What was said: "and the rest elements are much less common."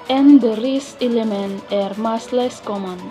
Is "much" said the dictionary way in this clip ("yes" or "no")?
no